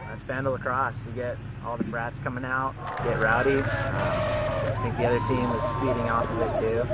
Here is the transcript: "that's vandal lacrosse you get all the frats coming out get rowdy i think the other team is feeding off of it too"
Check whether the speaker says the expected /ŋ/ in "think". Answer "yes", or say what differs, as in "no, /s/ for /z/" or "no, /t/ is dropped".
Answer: yes